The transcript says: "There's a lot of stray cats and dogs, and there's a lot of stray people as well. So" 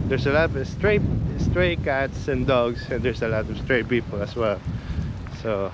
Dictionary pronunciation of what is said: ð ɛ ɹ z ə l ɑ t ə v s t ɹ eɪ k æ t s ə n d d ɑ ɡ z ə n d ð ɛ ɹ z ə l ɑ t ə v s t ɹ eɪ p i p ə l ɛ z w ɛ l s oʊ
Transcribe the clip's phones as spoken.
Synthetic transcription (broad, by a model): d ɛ ɹ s ə l ɑ t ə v s t ɹ eɪ k æ t s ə n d d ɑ ɡ s ə n d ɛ ɹ s ə l ɑ t ə v s t ɹ eɪ p i p ə l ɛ s w ɛ l s oʊ